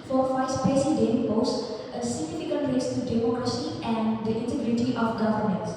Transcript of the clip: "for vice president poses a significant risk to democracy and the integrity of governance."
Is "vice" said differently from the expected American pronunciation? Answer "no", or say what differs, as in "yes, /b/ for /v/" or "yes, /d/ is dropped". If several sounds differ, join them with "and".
yes, /f/ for /v/